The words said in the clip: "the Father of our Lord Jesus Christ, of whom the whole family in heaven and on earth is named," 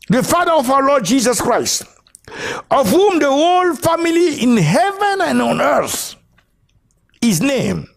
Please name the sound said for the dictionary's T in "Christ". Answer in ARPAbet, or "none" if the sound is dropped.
T